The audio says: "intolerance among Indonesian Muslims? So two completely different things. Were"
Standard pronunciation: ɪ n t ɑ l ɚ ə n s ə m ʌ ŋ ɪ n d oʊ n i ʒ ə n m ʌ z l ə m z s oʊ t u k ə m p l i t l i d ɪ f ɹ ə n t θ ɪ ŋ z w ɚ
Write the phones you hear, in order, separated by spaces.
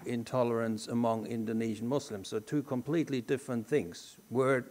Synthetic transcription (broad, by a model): ɪ n t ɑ l ɚ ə n s ə m ʌ ŋ ɪ n d oʊ n i ʒ ə n m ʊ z l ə m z s oʊ t u k ə m p l i t l i d ɪ f ɹ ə n θ ɪ ŋ z w ɚ